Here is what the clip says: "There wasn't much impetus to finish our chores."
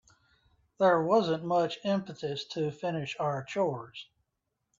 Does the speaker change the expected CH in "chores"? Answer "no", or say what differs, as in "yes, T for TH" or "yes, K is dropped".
no